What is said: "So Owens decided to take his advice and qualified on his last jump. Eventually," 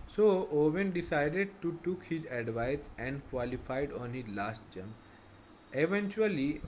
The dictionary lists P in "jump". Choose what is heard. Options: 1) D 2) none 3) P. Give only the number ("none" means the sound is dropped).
2